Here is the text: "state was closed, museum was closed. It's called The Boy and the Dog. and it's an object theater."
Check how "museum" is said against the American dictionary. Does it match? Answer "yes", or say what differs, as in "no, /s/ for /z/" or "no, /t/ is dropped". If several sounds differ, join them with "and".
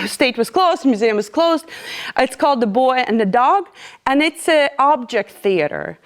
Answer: yes